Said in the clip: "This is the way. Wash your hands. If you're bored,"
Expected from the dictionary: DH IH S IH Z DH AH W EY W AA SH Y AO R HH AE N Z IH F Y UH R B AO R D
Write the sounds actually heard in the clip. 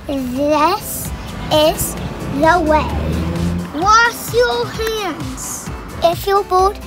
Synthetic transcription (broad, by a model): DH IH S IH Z DH AH W EY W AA S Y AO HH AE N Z IH F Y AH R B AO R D